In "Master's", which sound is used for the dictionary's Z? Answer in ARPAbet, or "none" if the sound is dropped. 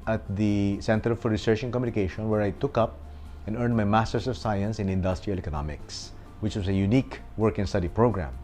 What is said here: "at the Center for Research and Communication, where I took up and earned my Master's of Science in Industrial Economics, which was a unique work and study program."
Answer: S